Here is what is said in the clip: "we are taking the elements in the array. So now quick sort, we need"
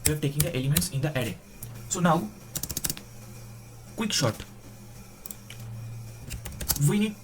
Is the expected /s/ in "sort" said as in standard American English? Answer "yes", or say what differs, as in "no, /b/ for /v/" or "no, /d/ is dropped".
no, /ʃ/ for /s/